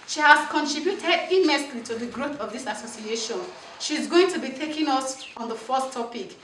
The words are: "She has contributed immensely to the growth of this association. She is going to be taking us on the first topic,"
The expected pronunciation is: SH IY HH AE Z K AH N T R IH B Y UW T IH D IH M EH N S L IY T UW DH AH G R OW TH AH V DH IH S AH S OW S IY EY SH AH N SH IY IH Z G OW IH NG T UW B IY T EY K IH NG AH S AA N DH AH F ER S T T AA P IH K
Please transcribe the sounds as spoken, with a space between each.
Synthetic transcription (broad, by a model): SH IY HH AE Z K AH N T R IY B Y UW T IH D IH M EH S L IY T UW DH AH G R OW TH AH V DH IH S AH S OW S IY EY SH AH N SH IY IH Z G OW IH NG T UW B IY T EY K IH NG AH S AA N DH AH F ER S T T AA P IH K